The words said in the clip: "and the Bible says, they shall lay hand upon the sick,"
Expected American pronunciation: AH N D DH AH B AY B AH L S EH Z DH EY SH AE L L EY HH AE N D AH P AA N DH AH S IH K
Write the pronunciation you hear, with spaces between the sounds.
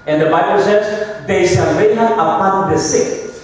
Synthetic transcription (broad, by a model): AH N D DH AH B AY B AH L S EH Z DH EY S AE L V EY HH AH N AH P AA N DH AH S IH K